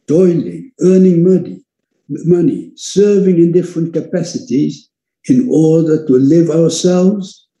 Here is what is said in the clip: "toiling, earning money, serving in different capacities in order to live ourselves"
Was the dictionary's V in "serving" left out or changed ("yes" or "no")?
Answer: no